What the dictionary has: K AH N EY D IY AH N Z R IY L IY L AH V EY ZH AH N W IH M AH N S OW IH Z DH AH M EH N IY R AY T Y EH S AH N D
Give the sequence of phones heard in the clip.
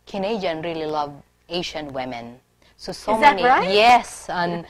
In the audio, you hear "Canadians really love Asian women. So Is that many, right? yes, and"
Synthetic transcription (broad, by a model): K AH N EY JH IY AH N R IY L IY L AH V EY SH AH N W IH M AH N S OW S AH M EH N IY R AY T Y EH S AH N